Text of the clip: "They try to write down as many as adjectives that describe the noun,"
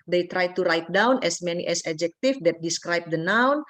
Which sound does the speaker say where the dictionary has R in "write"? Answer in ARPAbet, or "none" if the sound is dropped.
R